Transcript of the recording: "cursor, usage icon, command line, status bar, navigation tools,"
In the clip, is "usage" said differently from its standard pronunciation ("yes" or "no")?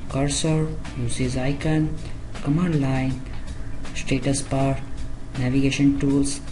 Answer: yes